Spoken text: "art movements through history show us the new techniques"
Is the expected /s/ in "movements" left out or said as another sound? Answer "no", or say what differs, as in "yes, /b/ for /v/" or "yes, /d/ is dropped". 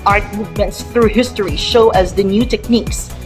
no